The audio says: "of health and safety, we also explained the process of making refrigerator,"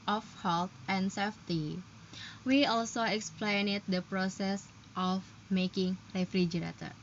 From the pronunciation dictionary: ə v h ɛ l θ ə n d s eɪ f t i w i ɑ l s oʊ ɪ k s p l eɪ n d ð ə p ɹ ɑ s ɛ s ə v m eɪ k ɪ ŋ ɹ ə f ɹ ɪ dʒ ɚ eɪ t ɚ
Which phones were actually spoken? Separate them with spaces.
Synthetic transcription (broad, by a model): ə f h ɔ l t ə n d s eɪ f t i w i ɑ l s oʊ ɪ k s p l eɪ n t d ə p ɹ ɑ s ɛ s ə f m eɪ k ɪ ŋ ɹ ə f ɹ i dʒ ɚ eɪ t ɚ